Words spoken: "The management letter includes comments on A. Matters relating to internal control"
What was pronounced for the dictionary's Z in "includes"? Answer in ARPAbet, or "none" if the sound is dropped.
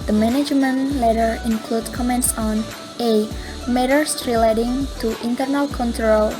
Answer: none